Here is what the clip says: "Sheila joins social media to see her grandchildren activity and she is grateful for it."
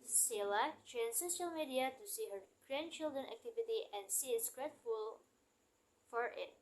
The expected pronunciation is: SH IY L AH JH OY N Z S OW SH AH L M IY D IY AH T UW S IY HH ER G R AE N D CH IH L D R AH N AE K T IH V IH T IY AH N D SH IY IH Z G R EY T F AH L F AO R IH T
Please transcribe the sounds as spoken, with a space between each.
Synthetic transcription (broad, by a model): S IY L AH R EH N S OW SH AH L M IY D IY AH T UW S IY HH ER G R AE N D CH IH L D R AH N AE K T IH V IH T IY AH N D S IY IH S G R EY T F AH L F AO R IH T